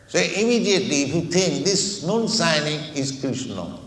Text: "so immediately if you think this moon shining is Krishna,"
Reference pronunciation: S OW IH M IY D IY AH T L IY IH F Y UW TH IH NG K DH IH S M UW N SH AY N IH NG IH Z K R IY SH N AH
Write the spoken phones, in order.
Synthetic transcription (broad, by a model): S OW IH M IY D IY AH T L IY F Y UW T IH NG K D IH S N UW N S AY N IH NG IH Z K R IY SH N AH